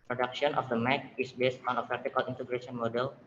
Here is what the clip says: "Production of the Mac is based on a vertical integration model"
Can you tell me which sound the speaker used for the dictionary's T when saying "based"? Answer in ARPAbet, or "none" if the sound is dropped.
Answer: T